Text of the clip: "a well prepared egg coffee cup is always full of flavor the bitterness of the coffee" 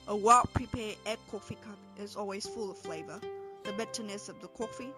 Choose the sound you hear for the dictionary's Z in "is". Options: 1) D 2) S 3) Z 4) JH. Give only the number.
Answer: 3